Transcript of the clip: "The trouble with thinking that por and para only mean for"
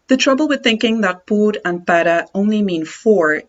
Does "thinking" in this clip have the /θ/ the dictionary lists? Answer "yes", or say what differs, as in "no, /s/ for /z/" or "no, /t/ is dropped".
yes